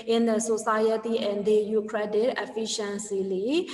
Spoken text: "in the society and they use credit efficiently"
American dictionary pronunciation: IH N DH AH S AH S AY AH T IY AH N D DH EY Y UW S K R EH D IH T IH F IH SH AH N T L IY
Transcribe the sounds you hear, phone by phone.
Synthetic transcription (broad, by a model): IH N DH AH S AH S AY AH T IY AH N D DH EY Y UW K R EH D IH T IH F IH SH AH N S L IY